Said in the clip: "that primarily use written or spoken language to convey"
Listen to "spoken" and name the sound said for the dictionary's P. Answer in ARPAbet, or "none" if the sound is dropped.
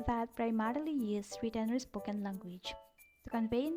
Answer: B